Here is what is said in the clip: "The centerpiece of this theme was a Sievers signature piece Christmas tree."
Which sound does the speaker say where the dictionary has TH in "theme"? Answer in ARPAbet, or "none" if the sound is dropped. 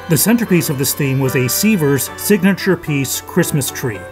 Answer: TH